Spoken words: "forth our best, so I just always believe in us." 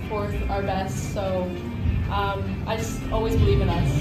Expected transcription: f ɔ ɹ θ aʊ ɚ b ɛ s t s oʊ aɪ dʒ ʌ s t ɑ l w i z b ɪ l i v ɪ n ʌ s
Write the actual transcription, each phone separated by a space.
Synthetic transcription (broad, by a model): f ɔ ɹ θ aʊ ɚ b ɛ s t s oʊ aɪ dʒ ʌ s t ɑ l w i z b ɪ l i v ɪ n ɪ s